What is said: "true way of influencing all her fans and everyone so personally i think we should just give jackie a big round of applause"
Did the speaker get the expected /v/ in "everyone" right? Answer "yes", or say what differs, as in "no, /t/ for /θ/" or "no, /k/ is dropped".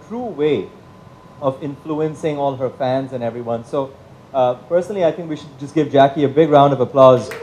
yes